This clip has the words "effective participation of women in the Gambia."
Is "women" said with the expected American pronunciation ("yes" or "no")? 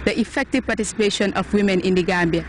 yes